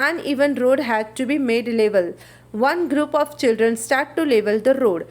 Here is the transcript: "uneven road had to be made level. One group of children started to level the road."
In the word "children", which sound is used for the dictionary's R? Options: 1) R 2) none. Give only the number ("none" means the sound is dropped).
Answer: 1